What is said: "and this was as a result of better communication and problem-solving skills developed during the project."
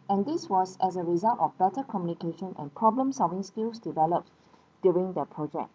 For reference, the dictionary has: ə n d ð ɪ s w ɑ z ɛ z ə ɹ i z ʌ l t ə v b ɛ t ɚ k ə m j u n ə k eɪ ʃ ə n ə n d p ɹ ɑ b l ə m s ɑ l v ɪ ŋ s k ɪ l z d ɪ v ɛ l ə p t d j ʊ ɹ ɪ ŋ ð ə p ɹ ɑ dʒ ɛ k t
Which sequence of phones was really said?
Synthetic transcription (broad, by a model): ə n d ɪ s w ɑ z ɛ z ə ɹ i z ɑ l t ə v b ɛ t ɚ k ə m j u n ə k eɪ ʃ ə n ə n p ɹ ɑ b l ə m s ɑ l v ɪ ŋ s k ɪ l s d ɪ v ɛ l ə p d j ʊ ɹ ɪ ŋ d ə p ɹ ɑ dʒ ɛ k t